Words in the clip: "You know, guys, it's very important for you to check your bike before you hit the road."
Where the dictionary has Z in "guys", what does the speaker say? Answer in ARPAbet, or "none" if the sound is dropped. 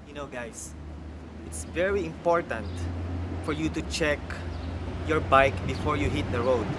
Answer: S